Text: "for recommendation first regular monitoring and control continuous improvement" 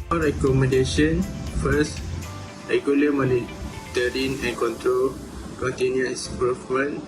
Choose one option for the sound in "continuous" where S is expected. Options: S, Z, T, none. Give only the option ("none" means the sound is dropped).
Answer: none